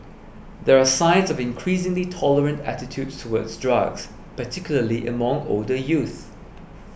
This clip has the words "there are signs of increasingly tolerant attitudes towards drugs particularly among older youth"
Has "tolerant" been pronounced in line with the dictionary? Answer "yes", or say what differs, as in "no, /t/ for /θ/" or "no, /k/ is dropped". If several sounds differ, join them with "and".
yes